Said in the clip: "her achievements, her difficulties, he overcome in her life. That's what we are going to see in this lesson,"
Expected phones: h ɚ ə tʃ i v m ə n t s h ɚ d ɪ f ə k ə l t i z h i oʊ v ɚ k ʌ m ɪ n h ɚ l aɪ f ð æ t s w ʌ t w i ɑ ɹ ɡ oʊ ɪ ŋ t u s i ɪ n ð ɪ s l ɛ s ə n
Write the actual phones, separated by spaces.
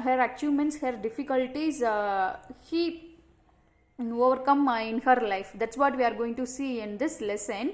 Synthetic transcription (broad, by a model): h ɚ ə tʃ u m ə n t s h ɚ d ɪ f ə k ə l t i z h i oʊ v ɚ k ʌ m ɪ n h ɚ l aɪ f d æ t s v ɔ t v i ɑ ɹ ɡ oʊ ɪ ŋ t u s i ɪ n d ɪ s l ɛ s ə n